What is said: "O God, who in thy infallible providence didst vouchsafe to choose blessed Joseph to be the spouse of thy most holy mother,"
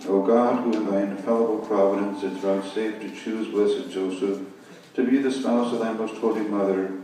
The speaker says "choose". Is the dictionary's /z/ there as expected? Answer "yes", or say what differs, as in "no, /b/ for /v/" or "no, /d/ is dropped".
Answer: yes